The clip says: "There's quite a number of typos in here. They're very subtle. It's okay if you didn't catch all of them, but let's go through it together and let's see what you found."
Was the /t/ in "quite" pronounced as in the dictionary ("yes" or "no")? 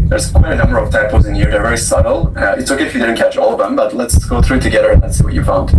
no